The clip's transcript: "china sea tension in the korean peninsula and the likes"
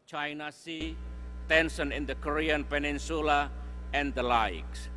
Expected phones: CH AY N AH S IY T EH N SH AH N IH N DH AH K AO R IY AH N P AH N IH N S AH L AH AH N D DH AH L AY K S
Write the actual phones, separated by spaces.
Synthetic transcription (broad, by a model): CH AY N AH S IY T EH N S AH N IH N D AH K AO R IY AH N P AH N IH N S AH L AH AH N D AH L AY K S